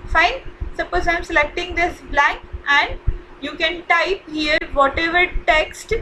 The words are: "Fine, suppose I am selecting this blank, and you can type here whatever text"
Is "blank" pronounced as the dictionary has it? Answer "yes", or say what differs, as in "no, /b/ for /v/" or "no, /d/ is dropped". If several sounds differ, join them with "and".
yes